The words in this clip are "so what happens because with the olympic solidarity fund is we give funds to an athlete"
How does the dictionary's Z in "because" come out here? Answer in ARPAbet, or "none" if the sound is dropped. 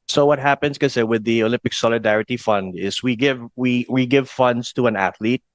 none